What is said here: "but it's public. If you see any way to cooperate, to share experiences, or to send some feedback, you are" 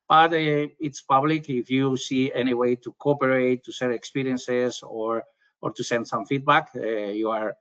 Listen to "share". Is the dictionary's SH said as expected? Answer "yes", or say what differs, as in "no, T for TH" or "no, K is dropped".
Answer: no, S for SH